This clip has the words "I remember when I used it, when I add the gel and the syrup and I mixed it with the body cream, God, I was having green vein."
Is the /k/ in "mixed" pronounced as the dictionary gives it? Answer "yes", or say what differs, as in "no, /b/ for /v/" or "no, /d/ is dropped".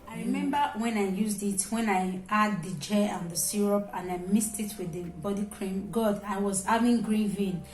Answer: no, /k/ is dropped